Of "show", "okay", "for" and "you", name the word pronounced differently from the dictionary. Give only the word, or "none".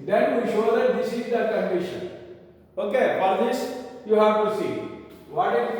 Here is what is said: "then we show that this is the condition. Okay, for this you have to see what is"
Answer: for